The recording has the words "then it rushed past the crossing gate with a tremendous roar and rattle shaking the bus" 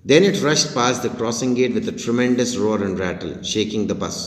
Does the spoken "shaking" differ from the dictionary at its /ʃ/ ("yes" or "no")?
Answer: no